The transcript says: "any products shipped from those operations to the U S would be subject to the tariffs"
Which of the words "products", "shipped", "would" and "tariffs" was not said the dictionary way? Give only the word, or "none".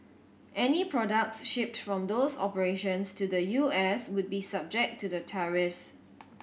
none